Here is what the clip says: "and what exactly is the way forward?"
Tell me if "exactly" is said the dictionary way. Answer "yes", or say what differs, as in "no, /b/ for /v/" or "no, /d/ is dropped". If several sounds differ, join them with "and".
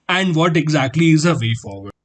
yes